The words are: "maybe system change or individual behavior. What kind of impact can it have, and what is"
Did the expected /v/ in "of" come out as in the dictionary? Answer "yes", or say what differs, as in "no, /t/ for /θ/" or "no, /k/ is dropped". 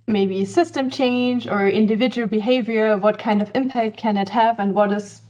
yes